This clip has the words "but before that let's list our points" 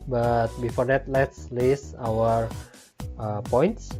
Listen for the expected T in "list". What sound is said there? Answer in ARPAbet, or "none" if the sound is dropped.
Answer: none